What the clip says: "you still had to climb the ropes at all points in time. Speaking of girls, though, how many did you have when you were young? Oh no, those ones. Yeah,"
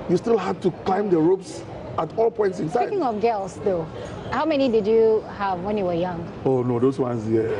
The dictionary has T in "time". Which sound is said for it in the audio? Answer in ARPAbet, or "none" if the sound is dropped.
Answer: S